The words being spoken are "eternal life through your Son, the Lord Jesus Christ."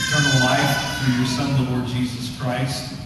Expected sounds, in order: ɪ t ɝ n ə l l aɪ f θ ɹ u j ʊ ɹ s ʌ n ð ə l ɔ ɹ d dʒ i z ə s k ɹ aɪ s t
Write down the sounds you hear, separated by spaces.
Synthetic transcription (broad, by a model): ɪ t ɝ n l l aɪ f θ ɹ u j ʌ ɹ s ʌ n ð ə l ɔ ɹ d dʒ i z ə s k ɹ aɪ s t